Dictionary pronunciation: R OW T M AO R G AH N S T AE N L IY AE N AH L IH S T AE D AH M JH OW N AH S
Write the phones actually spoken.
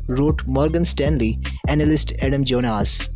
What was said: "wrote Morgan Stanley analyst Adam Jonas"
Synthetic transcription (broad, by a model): R OW T M AO R G AH N S T AE N L IY AE N AH L IH S T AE D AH M JH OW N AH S